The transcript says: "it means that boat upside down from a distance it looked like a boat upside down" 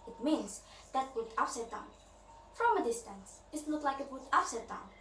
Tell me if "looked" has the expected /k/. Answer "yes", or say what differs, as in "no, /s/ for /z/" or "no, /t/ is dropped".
no, /k/ is dropped